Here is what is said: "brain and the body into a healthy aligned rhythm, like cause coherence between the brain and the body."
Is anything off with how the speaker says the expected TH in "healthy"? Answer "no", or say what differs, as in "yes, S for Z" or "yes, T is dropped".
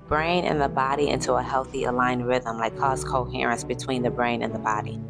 no